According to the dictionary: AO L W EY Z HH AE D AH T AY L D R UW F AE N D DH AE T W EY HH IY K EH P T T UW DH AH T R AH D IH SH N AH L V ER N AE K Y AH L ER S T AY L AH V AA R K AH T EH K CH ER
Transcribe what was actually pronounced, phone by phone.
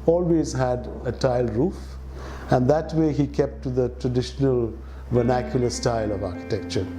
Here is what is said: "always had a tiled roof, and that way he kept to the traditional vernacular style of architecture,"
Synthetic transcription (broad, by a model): AO L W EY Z HH AE D AH T AY L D R UW F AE N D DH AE T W EY HH IY K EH P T T UW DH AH T R AH D IH SH N AH L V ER N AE K Y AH L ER S T AY L AH V AA R K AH T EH K CH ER